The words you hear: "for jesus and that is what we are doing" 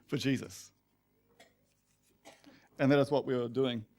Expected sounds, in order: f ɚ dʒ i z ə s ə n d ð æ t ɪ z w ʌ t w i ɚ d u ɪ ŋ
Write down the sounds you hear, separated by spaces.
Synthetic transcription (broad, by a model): f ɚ dʒ i z ə s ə n ð æ t ɪ z w ʌ t w i ɚ d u ɪ ŋ